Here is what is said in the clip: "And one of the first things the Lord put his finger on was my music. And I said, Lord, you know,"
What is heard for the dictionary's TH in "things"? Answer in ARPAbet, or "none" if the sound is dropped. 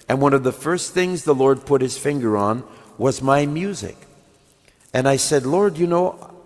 TH